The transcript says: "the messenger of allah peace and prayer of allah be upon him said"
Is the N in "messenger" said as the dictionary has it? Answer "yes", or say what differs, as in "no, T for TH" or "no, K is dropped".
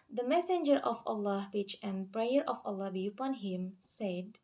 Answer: yes